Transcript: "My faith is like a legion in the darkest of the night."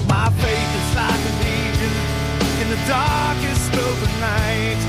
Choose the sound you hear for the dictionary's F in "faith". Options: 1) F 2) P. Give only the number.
2